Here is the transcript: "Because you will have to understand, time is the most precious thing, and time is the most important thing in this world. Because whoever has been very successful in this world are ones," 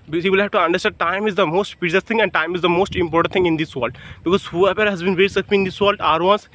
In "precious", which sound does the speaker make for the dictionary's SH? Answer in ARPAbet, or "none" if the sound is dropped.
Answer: none